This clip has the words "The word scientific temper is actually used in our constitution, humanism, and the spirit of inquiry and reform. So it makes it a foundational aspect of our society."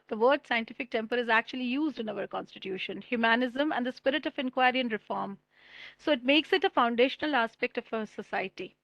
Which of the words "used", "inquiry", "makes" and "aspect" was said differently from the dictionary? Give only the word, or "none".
none